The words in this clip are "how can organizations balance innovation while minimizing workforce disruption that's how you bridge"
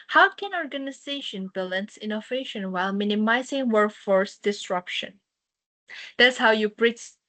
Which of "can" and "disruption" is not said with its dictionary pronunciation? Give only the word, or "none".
none